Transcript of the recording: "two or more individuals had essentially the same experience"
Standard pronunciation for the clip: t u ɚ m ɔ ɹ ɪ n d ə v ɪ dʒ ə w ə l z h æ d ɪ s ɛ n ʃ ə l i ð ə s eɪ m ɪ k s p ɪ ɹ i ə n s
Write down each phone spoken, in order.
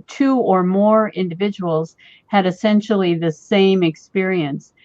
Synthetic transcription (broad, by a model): t u ɚ m ɔ ɹ ɪ n d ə v ɪ dʒ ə w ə l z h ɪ d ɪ s ɛ n ʃ l i ð ə s eɪ m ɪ k s p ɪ ɹ i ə n s